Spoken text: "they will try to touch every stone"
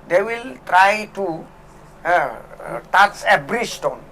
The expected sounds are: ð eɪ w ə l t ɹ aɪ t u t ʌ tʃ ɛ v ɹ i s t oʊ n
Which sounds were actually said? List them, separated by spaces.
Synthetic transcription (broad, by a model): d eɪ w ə l t ɹ aɪ t u t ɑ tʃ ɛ b ɹ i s t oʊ n